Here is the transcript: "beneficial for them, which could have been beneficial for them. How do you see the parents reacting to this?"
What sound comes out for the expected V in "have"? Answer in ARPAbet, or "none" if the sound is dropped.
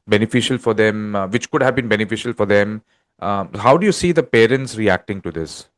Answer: V